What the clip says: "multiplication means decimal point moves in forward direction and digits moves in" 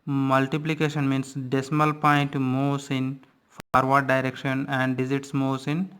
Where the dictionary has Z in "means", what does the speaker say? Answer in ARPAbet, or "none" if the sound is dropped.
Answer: S